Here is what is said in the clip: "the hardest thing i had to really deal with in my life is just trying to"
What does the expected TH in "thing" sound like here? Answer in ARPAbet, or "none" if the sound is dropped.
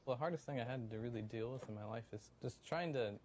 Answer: TH